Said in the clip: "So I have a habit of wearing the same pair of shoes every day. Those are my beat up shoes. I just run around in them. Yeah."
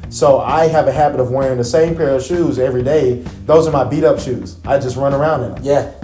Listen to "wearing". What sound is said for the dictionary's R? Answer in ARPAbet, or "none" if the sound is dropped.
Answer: R